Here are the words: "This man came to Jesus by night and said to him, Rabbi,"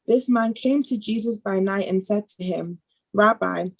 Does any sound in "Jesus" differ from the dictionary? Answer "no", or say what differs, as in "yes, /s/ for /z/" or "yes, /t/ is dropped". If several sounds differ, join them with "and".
no